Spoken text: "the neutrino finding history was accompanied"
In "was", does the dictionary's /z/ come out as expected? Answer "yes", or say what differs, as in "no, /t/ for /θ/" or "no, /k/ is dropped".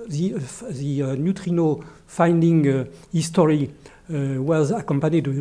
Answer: yes